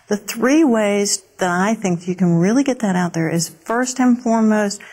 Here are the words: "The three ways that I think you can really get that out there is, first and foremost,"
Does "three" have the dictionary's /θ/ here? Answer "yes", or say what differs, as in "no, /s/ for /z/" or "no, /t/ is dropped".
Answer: yes